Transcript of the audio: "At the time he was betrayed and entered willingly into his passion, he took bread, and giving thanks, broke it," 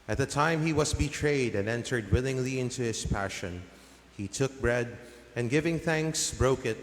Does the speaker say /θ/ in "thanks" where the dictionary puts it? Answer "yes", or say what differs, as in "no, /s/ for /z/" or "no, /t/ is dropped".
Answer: yes